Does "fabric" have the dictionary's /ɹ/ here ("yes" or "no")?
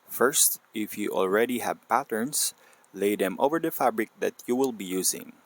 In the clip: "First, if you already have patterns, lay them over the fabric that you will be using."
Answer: yes